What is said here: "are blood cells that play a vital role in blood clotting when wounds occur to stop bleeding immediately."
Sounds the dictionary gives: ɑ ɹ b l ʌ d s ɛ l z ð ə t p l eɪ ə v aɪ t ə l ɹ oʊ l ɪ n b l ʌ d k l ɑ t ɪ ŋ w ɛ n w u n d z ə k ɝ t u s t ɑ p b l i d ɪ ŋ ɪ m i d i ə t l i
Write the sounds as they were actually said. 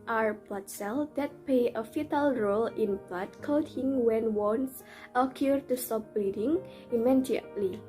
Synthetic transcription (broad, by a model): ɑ ɹ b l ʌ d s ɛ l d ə t p l eɪ ə f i t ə l ɹ oʊ l ɪ n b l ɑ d k ɑ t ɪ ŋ w ɛ n w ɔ n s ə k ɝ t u s t ɑ p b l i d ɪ ŋ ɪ m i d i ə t l i